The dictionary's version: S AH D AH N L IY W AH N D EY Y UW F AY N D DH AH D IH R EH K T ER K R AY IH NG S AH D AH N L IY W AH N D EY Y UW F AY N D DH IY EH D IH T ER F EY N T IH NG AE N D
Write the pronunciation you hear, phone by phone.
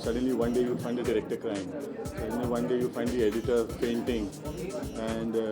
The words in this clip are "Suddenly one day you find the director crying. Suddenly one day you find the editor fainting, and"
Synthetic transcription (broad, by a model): S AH D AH N L IY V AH N D EY Y UW F AY N D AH D IH R EH K T ER K R AY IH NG S AH D AH N L IY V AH N D EY Y UW F AY N D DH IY EH D IH T ER P EY N T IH NG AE N D